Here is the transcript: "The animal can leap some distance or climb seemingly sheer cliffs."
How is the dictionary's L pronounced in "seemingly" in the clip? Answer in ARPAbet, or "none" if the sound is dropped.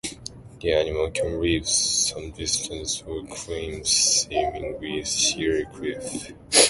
W